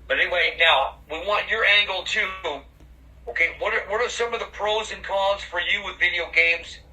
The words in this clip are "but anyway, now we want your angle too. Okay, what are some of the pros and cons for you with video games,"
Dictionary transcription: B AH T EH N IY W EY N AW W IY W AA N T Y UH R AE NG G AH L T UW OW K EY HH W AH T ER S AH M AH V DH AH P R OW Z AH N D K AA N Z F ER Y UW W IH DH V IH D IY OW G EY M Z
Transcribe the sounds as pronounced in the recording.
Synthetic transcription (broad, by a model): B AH T EH N IY W EY N AW W IY W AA N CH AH R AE NG G L T UW OW K EY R W AH T ER S AH M AH V DH AH P R OW Z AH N K AA Z F ER Y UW W IH DH V IH D IY OW G EY M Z